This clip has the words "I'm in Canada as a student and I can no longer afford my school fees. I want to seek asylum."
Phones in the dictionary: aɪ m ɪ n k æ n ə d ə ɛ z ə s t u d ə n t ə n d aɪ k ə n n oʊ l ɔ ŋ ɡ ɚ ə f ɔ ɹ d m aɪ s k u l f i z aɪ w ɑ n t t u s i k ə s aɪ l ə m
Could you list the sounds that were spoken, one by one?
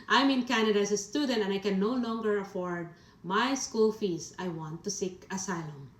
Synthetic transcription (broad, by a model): aɪ m ɪ n k æ n ə d ə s ə s t u d ə n t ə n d aɪ k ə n n oʊ l ɔ ŋ ɡ ɚ ə f ɔ ɹ d m aɪ s k u l f i s aɪ w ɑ n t t u s i k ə s aɪ l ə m